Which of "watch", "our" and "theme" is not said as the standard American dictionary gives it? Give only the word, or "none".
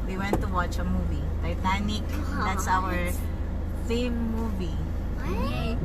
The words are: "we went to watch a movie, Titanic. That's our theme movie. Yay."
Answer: theme